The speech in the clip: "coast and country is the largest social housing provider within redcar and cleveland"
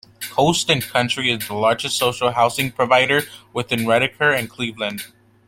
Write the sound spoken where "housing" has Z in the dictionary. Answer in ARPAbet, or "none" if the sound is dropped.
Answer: S